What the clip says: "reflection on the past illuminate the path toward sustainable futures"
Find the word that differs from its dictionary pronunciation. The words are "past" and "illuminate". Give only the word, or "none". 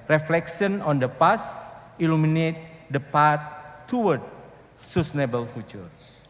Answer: past